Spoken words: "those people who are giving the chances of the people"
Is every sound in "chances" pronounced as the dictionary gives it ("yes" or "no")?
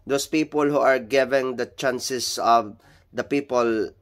no